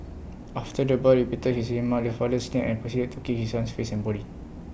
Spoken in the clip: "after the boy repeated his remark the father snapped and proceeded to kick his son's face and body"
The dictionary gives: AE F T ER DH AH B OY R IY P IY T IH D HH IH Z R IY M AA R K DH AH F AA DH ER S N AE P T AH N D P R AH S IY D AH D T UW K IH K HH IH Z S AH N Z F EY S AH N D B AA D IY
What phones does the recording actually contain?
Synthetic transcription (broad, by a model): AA F T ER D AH B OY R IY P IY T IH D HH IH S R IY M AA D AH F AA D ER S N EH T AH N P R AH S IY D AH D T UW K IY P HH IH S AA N S F EY S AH N B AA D IY